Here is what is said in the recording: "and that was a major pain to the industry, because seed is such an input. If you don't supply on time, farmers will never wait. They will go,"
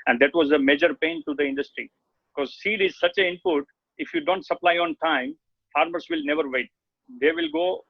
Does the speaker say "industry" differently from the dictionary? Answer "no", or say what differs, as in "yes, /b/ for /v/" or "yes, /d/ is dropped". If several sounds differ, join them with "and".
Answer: no